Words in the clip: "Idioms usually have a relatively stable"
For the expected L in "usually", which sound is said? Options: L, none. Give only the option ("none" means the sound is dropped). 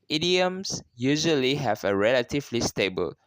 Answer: L